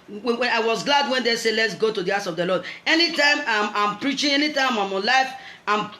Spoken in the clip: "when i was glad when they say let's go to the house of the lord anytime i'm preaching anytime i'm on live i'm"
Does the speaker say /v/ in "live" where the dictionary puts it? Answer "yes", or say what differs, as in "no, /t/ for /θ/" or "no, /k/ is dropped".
no, /f/ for /v/